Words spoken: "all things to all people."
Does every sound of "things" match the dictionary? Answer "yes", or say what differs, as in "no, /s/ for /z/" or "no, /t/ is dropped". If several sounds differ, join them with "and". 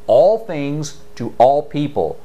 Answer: yes